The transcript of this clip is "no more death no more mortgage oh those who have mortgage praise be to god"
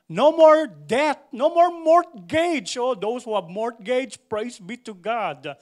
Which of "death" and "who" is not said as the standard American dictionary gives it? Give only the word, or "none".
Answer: death